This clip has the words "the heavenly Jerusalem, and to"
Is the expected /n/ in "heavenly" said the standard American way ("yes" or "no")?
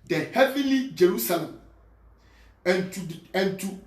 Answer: no